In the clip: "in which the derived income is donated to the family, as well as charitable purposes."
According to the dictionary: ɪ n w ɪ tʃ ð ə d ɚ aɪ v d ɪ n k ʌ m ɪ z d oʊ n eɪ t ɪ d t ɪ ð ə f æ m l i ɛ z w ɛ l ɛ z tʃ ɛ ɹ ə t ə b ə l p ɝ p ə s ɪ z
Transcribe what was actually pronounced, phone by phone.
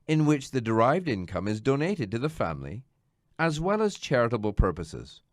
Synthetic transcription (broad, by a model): ɪ n w ɪ tʃ ð ə d ɚ aɪ v d ɪ n k ʌ m ɪ z d oʊ n eɪ t ɪ d t ɪ ð ə f æ m l i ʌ z w ɛ l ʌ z tʃ ɛ ɹ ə t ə b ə l p ɝ p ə s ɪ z